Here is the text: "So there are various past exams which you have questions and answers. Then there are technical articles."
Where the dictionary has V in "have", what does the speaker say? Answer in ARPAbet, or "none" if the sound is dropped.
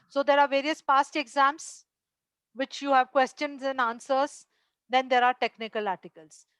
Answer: V